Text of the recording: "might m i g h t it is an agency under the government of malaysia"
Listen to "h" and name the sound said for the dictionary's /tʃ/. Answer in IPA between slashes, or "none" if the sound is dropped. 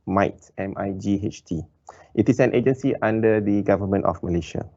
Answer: /tʃ/